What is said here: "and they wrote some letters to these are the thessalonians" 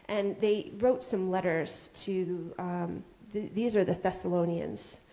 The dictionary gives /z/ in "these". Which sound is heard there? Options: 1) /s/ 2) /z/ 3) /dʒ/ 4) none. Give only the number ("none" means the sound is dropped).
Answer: 2